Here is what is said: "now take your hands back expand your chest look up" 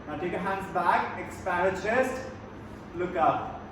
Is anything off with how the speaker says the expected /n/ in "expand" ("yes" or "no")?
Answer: yes